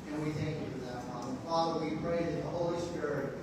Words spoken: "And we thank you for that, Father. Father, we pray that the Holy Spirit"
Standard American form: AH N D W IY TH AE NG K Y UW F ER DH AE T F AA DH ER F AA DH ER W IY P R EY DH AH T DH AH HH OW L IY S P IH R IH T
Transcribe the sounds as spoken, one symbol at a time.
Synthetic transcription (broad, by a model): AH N W IY TH AE NG K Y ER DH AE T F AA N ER F AA DH ER W IY P R EY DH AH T DH AH HH OW L IY S P IH R IH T